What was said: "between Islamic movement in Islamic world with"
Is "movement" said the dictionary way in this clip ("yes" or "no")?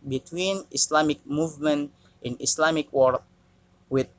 yes